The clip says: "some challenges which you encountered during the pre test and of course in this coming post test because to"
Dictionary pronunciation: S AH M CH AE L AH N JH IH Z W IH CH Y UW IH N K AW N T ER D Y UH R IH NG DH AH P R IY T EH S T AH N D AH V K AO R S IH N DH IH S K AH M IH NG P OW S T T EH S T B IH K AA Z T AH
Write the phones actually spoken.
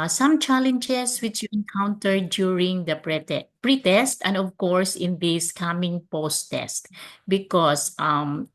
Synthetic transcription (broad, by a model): S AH M CH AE L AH N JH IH S W IH CH Y UW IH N K AW N T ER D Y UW R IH NG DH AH P R IY T EH S T AH N D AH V K AO R S IH N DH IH S K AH M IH NG P OW S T T EH S T B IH K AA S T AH